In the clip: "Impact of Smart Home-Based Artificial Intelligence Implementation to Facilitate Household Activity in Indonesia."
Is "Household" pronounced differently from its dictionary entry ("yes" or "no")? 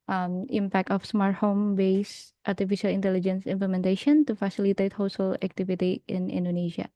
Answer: yes